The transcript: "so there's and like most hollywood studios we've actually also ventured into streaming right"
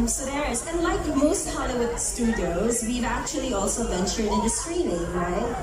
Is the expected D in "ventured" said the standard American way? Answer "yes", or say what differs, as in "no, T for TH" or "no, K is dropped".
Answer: yes